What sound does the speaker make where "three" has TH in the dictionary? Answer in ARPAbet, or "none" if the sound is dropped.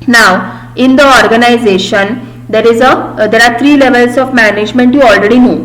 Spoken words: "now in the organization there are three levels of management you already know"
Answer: T